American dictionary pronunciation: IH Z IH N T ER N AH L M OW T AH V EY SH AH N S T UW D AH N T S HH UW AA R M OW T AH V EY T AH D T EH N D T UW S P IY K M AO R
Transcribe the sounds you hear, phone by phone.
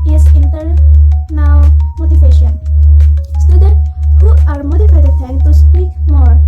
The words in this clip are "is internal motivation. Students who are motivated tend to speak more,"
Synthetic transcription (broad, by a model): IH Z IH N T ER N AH W M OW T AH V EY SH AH N S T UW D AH N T HH UW AA R M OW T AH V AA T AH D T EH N T UW S P IY K M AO R